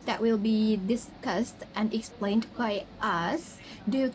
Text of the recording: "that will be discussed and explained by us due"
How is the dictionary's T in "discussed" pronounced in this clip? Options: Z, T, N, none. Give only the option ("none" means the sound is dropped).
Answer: T